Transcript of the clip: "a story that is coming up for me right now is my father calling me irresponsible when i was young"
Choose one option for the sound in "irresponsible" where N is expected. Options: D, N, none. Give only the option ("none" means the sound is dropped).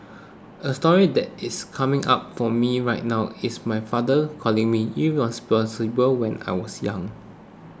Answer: none